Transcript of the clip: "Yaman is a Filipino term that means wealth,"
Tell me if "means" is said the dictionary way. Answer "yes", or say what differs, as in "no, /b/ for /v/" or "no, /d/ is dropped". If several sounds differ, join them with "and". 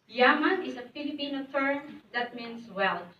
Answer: no, /s/ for /z/